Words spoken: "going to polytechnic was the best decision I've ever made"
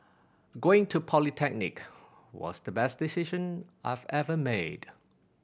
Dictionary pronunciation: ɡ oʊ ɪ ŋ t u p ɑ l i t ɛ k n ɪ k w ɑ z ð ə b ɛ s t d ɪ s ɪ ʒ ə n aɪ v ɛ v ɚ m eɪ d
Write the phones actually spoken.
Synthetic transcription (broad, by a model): ɡ oʊ ɪ ŋ t u p ɑ l i t ɛ k n ɪ k w ɑ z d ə b ɛ s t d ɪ s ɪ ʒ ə n aɪ v ɛ v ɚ m eɪ d